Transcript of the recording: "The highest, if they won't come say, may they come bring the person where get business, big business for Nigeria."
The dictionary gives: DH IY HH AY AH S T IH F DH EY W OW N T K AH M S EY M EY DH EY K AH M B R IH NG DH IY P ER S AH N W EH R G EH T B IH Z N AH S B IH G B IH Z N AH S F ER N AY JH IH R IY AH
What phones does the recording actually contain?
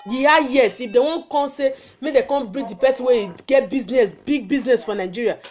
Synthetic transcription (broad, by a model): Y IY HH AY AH S IH F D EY W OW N K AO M S EY M EY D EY K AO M B R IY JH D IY P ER S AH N W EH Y G EH T B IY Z N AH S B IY G B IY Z N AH S F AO N AY JH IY R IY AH